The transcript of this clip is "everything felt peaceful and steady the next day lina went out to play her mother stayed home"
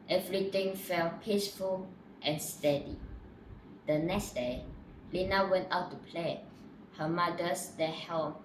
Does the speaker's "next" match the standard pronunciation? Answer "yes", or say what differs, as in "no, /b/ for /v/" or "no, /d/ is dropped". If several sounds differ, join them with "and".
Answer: yes